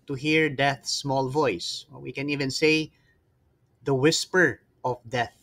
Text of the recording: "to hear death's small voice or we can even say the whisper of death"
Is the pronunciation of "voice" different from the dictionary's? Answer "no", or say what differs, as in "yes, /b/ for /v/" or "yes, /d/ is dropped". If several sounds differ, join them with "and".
no